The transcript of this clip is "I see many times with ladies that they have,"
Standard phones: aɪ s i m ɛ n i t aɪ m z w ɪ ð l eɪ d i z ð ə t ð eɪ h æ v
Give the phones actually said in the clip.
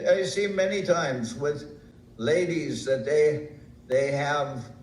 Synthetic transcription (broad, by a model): aɪ s i m ɛ n i t aɪ m z w ɪ ð l eɪ d i z ð ə t ð eɪ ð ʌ v